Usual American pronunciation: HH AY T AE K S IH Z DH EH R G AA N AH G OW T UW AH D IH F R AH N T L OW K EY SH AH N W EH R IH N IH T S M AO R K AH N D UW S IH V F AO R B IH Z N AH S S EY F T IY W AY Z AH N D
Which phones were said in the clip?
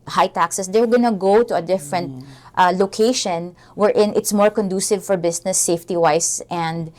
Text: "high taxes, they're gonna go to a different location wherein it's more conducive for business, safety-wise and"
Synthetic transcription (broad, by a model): HH AY T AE K S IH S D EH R G AA N AH G OW T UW AH D IH F R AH N T L OW K EY SH AH N W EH R IH N IH T S M AO R K AH N D UW S IH V F AO R B IH S N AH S S EY F T IY W AY S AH N D